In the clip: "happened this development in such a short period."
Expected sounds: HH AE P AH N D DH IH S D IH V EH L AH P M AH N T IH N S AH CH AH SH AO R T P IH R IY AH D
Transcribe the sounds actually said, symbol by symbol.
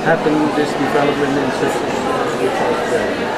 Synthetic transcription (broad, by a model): HH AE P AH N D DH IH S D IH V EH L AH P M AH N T IH N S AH S AH S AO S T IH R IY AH